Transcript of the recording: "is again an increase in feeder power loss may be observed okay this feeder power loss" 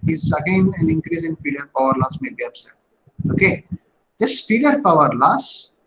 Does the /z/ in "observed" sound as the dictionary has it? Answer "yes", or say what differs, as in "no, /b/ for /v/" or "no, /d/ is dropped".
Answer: no, /s/ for /z/